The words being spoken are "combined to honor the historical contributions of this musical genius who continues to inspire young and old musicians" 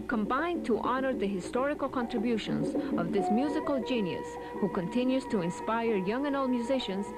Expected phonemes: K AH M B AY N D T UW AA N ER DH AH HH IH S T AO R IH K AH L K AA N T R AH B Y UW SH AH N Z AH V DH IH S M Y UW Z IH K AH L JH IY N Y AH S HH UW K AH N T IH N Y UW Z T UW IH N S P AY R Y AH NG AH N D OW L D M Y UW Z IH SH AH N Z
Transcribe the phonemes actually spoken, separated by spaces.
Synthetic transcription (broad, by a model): K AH M B AY N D T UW AA N ER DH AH HH IH S T AO R IH K AH L K AA N T R AH B Y UW SH AH N Z AH V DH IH S M Y UW Z IH K AH L JH IY N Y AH S HH UW K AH N T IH N Y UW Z T UW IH N S P AY R Y AH NG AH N OW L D M Y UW Z IH SH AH N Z